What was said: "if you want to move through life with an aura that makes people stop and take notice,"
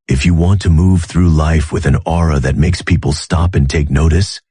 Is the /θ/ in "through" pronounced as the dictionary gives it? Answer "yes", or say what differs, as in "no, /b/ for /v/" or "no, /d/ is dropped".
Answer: yes